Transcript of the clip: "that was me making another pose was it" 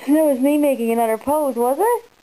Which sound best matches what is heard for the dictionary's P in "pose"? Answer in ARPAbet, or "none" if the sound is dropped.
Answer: P